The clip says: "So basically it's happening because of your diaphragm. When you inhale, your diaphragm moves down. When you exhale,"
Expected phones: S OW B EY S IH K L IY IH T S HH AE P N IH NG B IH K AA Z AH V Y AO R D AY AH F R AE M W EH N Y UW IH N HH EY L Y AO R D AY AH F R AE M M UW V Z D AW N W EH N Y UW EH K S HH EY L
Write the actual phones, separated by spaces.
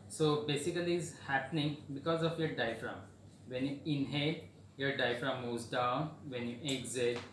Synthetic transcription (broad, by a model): S OW B EY S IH K L IY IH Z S HH AE P N IH NG B IH K AA Z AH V Y AO R D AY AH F R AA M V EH N Y UW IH N HH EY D Y AO R D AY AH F R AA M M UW Z D AW N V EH N Y UW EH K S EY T